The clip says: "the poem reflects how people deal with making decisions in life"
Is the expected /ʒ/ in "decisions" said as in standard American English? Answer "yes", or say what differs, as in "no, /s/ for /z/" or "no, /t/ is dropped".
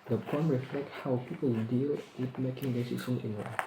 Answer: no, /s/ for /ʒ/